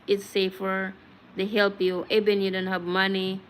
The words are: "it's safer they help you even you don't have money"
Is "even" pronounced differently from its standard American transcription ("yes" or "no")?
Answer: yes